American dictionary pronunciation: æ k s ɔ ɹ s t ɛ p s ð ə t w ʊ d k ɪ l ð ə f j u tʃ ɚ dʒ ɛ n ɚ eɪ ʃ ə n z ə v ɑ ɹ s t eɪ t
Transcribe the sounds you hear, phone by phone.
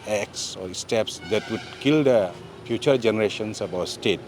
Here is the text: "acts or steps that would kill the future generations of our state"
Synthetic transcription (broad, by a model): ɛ k s ɔ ɹ s t ɛ p s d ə t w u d k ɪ l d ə f j u tʃ ɚ dʒ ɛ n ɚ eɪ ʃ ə n s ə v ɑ w s t eɪ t